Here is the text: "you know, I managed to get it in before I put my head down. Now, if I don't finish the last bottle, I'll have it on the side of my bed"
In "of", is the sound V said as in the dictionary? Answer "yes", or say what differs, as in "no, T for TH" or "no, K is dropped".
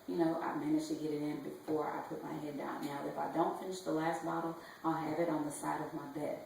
yes